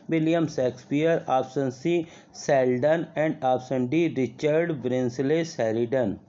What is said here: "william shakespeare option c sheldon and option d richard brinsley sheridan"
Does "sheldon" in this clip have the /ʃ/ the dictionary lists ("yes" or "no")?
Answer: no